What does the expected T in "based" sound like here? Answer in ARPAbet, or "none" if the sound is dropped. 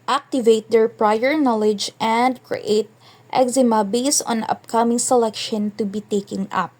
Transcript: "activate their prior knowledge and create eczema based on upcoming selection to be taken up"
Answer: none